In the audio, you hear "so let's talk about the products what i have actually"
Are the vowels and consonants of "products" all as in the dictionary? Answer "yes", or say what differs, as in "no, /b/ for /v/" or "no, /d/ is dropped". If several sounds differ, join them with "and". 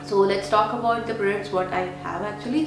no, /b/ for /p/